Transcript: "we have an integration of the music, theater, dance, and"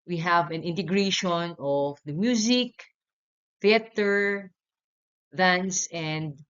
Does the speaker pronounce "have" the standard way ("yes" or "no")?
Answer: yes